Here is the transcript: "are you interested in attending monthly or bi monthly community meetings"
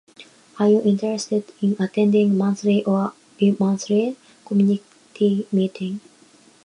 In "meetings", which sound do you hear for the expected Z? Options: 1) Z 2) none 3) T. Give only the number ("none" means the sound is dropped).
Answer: 2